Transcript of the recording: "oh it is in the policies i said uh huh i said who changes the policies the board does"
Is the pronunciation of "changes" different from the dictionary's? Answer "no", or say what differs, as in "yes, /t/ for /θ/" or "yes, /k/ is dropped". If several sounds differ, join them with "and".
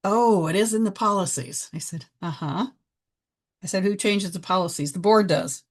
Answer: no